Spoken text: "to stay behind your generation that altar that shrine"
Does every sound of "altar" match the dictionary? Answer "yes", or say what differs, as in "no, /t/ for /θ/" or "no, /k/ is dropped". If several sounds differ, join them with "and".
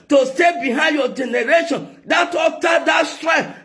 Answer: no, /l/ is dropped